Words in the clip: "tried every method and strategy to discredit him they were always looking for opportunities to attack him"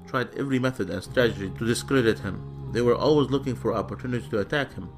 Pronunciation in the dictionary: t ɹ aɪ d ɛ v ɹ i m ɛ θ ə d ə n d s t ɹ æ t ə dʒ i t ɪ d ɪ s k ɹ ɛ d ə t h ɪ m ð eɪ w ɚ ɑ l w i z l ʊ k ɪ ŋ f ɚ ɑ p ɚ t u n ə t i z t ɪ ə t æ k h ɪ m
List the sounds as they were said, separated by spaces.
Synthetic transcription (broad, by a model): t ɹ aɪ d ɛ v ɹ i m ɛ θ ə d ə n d s t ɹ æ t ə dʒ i t ɪ d ɪ s k ɹ ɛ d ə t h ɪ m ð eɪ w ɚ ɑ l w i z l ʊ k ɪ ŋ f ɚ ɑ p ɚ t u n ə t i t ɪ ə t æ k h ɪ m